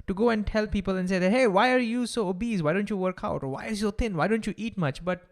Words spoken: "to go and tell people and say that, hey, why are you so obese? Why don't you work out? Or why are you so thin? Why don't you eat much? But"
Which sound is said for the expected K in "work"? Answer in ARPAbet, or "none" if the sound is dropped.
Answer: K